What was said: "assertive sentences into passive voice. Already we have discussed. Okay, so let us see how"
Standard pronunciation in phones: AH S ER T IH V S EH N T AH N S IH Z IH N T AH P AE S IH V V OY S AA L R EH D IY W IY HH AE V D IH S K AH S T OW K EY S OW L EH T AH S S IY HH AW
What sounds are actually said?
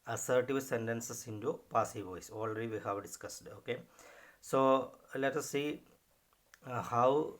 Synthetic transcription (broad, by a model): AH S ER T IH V S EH N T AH N S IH S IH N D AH P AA S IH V V OY S AA L R EH D IY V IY HH AE V D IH S K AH S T OW K EY S OW L EH T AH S S IY HH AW